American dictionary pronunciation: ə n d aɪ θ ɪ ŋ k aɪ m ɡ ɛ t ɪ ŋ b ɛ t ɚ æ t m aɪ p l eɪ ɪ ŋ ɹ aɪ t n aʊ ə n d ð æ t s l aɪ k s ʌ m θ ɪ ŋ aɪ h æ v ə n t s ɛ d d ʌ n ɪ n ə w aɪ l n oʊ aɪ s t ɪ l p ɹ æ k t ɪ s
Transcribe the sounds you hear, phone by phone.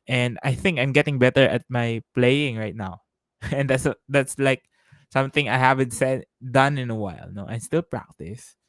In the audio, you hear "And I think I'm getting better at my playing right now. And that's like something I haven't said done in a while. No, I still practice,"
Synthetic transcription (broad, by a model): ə n d aɪ θ ɪ ŋ k aɪ m ɡ ɛ t ɪ ŋ b ɛ t ɚ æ t m aɪ p l eɪ ɪ ŋ ɹ aɪ t n aʊ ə n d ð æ t s l aɪ k s ʌ m θ ɪ ŋ aɪ h æ v ə n t s ɛ d d ʌ n ɪ n ə w aɪ l n oʊ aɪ s t ɪ l p ɹ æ k t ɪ s